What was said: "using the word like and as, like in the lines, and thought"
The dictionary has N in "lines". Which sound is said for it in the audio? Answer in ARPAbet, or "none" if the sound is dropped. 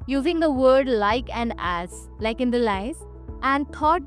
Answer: none